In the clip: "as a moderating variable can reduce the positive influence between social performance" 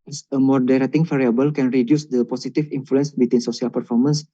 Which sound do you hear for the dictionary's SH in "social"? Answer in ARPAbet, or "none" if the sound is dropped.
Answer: S